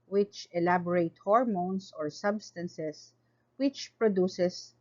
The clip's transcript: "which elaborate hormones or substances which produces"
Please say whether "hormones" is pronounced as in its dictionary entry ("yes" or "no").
no